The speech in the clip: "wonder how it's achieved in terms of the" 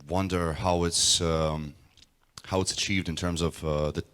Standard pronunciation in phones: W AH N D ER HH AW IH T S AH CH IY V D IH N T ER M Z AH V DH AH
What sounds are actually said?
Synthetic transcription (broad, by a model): W AH N D ER HH AW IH T S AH CH IY V D IH N T ER M Z AH V DH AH